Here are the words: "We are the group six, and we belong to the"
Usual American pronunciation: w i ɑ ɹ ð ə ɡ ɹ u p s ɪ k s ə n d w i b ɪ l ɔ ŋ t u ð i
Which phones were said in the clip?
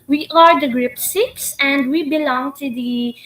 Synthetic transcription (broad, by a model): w i ɑ ɹ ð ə ɡ ɹ u p s ɪ k s ə n d w i b ɪ l ɔ ŋ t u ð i